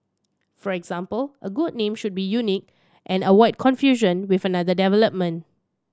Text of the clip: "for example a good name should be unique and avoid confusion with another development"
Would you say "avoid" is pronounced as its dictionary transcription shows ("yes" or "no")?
no